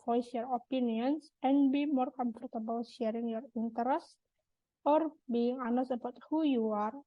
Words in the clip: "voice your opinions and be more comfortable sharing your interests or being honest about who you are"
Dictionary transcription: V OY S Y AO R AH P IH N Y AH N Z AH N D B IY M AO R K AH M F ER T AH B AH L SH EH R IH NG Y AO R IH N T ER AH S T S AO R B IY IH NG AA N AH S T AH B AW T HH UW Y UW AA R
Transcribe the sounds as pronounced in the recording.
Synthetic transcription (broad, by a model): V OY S Y AO R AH P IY N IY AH N S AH N B IY M AO R K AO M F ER T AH B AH L SH EH R IH NG Y AO R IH N T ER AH S T AO R B IY IH NG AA N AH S AH B AW T HH UW Y UW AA R